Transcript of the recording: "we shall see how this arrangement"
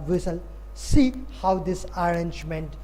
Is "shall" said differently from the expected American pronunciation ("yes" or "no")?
yes